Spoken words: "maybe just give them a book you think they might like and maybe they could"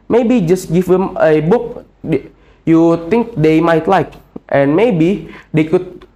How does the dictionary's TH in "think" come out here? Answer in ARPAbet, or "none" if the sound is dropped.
T